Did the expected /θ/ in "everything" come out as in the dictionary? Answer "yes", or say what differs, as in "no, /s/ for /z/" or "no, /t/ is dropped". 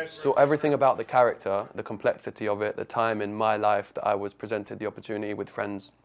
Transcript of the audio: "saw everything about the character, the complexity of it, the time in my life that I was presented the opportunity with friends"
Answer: yes